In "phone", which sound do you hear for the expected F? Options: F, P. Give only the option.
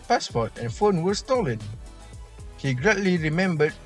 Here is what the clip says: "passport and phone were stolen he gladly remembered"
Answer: F